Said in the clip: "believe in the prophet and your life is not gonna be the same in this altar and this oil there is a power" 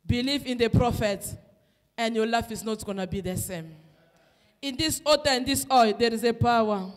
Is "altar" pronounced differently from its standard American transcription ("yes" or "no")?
yes